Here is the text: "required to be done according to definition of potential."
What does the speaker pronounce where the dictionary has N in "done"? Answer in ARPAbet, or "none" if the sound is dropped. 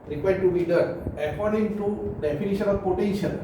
none